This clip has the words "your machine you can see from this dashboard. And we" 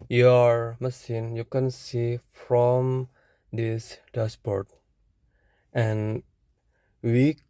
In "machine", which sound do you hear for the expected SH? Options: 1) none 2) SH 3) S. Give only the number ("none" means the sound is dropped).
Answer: 3